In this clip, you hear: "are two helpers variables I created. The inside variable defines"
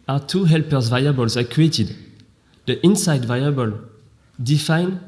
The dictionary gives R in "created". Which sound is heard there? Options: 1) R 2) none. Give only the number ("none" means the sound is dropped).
2